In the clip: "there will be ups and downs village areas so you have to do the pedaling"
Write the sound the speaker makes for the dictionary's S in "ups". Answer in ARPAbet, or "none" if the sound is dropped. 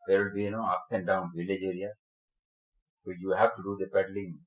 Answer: none